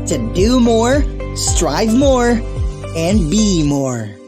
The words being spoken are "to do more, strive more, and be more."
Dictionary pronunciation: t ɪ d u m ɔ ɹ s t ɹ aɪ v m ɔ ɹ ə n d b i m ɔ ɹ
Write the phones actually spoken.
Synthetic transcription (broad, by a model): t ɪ d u m ɔ ɹ s t ɹ aɪ v m ɔ ɹ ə n b i m ɔ ɹ